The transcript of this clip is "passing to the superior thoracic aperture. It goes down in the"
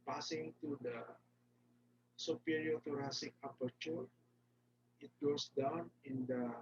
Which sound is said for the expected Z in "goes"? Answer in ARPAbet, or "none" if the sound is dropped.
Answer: S